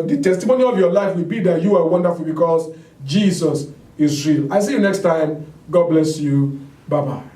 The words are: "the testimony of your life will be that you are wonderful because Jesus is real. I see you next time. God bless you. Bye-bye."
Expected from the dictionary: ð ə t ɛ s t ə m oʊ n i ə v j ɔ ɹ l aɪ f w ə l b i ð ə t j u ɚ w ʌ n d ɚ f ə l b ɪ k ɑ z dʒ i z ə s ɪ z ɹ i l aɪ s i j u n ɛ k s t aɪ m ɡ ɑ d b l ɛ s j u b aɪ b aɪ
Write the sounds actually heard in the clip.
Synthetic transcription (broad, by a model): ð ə t ɛ s t ə m oʊ n i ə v j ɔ l aɪ f w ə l b i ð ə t j u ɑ w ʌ n d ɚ f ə l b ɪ k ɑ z dʒ i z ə s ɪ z ɹ i l aɪ s i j n ɛ k s t aɪ m ɡ ɑ d b l ɛ s j u b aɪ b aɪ